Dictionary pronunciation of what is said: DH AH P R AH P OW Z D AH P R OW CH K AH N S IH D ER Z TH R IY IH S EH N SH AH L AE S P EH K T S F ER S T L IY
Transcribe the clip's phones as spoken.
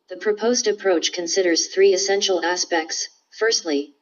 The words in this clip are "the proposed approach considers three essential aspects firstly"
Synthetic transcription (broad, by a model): DH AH P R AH P OW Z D AH P R OW CH K AH N S IH D ER Z TH R IY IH S EH N SH L AE S P EH K T S F ER S T L IY